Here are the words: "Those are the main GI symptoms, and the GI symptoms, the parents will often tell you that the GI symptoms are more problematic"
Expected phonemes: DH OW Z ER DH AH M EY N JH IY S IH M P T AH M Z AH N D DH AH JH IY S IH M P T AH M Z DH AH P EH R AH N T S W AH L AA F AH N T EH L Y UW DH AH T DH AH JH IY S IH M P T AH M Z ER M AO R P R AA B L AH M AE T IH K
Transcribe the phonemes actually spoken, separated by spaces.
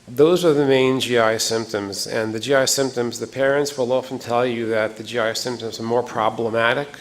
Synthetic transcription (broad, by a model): DH OW Z ER DH AH M EY N JH IY S IH M P T AH M Z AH N DH AH JH IY S IH M P T AH M Z DH AH P EH R AH N T S W AH L AA F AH N T EH L Y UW DH AH T DH AH JH IY S IH M P T AH M Z ER M AO R P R AA B L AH M AE T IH K